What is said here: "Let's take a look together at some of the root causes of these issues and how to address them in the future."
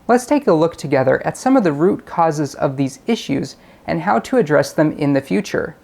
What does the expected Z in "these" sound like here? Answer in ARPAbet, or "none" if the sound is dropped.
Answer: Z